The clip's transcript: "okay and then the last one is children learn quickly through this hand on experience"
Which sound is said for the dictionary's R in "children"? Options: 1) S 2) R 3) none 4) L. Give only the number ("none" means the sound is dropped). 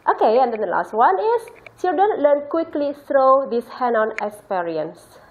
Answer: 3